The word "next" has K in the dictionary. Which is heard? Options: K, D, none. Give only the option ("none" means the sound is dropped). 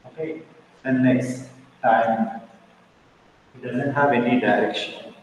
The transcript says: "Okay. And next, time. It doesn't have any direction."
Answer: none